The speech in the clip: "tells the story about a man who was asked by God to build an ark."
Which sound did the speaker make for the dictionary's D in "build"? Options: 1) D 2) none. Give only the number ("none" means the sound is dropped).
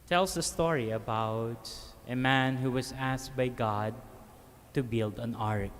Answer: 1